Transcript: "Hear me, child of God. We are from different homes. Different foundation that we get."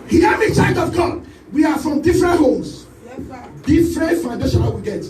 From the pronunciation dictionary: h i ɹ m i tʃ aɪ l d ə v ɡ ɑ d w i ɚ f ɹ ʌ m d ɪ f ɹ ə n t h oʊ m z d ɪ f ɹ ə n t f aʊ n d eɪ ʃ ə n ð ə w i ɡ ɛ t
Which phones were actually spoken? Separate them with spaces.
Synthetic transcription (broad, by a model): h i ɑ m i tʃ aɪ d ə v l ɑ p w i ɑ f ɹ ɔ m d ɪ f ɹ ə n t h oʊ m s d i f ɹ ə n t f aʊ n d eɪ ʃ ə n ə w i ɡ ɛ t